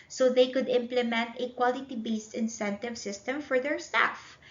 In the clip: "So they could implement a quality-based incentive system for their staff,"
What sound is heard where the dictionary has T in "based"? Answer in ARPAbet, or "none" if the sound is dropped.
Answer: T